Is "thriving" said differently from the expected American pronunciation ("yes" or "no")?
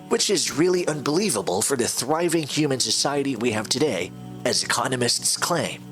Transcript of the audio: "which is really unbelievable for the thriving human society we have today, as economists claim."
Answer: no